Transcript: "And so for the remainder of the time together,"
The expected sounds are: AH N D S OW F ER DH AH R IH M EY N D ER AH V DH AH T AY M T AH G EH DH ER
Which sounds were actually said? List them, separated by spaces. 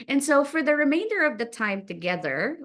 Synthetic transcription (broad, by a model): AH N S OW F ER DH AH R IH M EY N D ER AH V DH AH T AY M T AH G EH DH ER